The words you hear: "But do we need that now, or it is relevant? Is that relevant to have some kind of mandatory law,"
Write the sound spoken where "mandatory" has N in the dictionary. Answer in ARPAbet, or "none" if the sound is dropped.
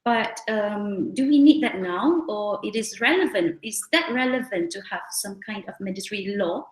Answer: none